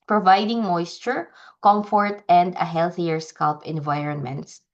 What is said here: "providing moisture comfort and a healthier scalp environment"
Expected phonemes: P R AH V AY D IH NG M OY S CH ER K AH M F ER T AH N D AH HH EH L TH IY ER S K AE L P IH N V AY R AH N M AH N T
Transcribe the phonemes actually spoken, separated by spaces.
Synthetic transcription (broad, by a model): P R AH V AY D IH NG M OY S CH ER K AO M F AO T AH N D AH HH EH L TH IY ER S K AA L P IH N V AY R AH N M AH N T